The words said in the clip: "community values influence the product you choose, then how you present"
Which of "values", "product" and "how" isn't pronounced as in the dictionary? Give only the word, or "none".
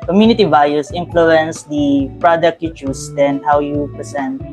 values